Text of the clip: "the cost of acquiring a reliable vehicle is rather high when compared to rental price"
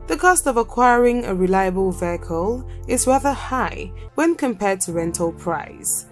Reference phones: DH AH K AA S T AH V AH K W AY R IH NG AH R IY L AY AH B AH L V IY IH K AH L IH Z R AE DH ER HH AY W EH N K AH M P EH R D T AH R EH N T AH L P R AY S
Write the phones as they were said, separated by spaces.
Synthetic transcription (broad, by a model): DH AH K AA S T AH V AH K W AY R IH NG AH R IY L AY AH B AH L V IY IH K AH L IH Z R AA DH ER HH AY W EH N K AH M P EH D T AH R EH N T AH L P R AY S